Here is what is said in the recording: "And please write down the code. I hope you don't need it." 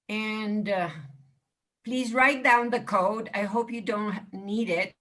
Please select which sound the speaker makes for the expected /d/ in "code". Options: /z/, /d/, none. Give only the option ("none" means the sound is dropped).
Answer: /d/